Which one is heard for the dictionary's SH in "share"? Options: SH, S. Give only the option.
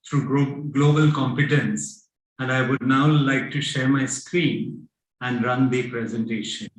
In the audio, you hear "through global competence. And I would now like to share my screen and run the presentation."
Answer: SH